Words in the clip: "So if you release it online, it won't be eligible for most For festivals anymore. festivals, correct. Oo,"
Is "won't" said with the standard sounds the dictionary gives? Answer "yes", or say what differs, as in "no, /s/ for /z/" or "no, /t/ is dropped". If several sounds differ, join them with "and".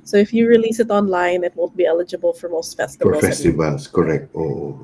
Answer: no, /l/ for /n/